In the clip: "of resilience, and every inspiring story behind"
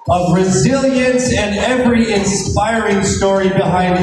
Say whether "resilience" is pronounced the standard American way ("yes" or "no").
yes